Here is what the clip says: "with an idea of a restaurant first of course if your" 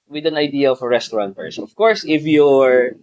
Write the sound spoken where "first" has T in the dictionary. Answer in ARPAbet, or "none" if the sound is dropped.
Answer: none